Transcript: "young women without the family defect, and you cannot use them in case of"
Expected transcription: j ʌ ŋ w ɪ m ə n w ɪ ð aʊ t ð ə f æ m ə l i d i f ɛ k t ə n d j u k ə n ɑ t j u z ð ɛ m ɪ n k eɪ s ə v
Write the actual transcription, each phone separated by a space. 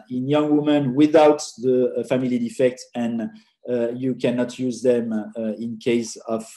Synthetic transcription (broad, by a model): j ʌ ŋ w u m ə n w ɪ ð aʊ t ð ə f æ m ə l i d i f ɛ k t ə n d j u k ə n ɑ t j u z ð ɛ m ɪ n k eɪ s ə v